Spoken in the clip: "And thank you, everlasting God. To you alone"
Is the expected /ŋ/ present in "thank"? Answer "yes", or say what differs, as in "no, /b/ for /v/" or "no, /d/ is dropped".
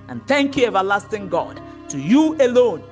yes